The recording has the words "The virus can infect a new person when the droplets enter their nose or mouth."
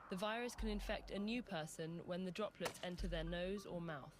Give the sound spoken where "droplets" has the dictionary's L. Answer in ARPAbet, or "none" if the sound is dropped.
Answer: L